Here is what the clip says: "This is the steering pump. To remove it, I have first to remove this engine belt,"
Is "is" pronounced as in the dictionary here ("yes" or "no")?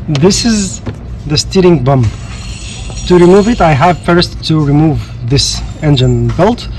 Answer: yes